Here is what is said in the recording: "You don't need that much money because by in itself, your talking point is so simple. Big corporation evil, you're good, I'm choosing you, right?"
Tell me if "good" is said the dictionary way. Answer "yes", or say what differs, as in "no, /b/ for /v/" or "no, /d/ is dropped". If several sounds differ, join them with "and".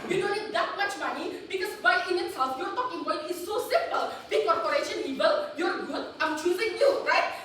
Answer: no, /d/ is dropped